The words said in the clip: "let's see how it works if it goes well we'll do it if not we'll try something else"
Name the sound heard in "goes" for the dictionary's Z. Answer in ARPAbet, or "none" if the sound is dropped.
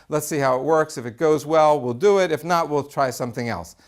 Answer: Z